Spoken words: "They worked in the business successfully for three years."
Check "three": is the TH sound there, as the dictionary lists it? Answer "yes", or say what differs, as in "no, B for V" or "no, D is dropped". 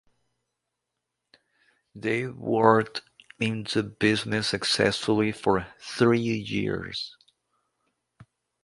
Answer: yes